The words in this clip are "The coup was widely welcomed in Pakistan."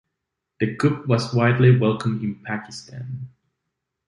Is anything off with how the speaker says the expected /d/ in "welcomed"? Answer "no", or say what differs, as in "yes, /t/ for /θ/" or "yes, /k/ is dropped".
yes, /d/ is dropped